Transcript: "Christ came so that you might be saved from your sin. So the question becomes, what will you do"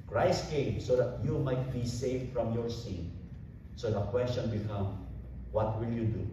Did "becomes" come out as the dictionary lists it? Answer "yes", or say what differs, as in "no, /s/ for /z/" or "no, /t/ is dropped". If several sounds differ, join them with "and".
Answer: no, /z/ is dropped